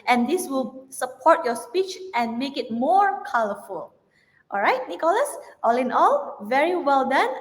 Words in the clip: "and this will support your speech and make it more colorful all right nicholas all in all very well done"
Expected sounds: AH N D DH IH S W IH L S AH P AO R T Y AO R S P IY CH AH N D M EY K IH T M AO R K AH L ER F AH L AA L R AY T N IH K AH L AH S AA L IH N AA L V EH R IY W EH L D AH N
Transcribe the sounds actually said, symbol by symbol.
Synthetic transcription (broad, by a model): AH N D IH S W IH L S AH P AO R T Y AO S P IY CH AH N M EY K IH T M AO R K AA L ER F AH L AA L R AY T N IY K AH L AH S AA L IH N AA L V EH R IY W EH L D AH N